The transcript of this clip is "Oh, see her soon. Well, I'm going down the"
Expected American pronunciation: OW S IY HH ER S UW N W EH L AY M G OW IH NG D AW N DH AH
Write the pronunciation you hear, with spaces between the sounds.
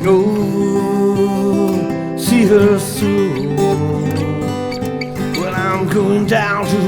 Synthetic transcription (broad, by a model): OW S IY HH ER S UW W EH N AY M G OW IH NG D AW N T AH